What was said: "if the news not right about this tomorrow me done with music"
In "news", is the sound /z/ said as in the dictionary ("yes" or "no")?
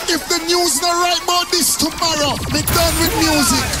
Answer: yes